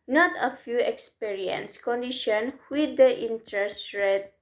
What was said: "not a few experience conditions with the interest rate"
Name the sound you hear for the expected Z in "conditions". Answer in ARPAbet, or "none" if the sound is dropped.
none